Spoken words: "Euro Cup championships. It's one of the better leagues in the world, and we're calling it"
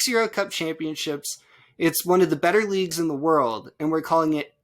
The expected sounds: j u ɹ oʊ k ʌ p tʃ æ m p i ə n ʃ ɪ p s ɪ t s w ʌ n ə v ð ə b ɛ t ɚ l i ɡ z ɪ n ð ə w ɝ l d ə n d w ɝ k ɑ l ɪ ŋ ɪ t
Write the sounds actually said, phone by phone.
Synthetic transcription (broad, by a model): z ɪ ɹ oʊ k ʌ p tʃ æ m p i ə n ʃ ɪ p s ɪ t s w ʌ n ə v ð ə b ɛ t ɚ l i ɡ z ɪ n ð ə w ɝ l d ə n w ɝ k ɑ l ɪ ŋ ɪ t